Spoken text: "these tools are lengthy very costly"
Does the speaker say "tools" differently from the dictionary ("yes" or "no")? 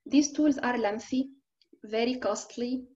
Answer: no